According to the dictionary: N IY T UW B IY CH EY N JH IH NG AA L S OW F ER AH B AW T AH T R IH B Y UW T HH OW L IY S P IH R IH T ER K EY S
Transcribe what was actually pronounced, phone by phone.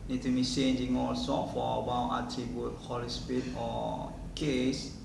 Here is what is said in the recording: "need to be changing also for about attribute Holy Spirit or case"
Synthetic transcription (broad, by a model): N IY T UW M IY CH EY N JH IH NG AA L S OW F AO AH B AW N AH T IY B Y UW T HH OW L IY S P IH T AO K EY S